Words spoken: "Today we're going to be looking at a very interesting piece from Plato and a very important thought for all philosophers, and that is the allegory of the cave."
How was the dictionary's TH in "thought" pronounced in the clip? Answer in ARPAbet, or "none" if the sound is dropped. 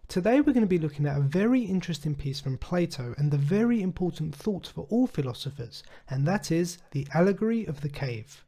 TH